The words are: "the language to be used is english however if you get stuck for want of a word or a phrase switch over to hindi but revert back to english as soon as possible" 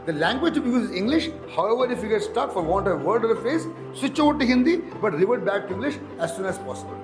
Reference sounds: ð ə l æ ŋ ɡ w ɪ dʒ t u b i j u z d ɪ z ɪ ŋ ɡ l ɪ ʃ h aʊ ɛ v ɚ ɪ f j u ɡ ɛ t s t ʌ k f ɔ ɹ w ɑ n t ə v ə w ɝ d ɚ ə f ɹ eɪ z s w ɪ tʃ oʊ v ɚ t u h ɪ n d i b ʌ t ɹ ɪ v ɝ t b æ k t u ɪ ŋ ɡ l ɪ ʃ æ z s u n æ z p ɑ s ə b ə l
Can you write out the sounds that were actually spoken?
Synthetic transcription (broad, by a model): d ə l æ ŋ ɡ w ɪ dʒ t u b i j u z ɪ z ɪ ŋ ɡ l ɪ ʃ h aʊ ɛ v ɚ ɪ f j u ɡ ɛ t s t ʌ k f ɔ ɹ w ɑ n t ə v ə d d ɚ ə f eɪ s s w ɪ tʃ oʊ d t u h ɪ n d i b ʌ t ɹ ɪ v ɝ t b æ k t u ɪ ŋ ɡ l ɪ ʃ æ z s u n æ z p ɑ s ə b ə l